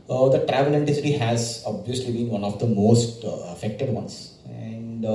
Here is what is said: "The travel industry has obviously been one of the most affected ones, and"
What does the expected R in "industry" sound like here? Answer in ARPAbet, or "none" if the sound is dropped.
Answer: none